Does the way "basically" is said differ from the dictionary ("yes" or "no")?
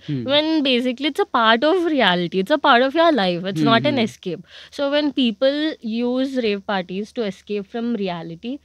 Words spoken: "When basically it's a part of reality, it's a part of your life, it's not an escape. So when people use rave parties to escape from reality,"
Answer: no